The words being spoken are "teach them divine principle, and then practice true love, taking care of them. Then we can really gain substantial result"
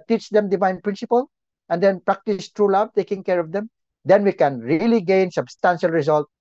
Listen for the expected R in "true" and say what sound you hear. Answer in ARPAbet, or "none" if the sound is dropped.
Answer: R